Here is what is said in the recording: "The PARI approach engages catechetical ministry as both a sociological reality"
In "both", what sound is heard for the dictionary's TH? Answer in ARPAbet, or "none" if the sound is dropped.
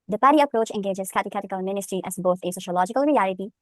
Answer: T